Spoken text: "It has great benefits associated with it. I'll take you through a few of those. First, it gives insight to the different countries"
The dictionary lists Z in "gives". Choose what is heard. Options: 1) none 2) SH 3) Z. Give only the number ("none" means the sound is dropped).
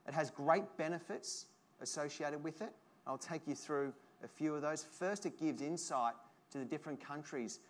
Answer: 3